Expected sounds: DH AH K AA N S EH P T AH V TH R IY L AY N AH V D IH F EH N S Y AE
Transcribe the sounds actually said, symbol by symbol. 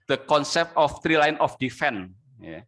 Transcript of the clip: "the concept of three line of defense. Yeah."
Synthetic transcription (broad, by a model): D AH K AA N S EH P T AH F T R IY L AY N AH F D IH F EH N Y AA